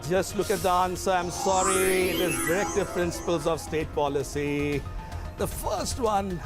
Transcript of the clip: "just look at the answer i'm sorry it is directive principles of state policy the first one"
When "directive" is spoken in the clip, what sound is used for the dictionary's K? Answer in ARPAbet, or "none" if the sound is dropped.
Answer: K